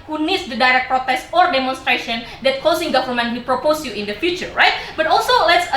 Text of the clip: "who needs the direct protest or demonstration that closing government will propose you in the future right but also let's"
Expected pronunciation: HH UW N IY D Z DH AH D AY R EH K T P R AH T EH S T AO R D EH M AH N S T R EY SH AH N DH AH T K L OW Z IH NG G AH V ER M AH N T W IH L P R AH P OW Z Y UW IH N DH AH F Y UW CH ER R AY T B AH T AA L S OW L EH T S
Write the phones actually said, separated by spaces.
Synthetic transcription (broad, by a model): HH UW N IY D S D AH D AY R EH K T P R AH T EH S AO R D EH M AH N S T R EY SH AH N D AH T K OW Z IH NG G AH V ER M AH N T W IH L P R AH P OW S Y UW IH N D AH F Y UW CH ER R AY T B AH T AA L S OW L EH T S